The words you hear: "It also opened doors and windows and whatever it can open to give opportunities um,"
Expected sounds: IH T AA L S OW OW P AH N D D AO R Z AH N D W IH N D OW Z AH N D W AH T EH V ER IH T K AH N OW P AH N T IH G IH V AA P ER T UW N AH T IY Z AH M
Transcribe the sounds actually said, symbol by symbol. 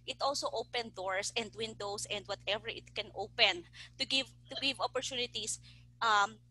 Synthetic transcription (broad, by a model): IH T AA L S OW OW P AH N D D AO R S AH N D W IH N D OW S AH N D W AH T EH V ER IH T K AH N OW P AH N T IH G IH V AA P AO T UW N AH T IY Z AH M